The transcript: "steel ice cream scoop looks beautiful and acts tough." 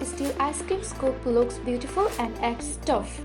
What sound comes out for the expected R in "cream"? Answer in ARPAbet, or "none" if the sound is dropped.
none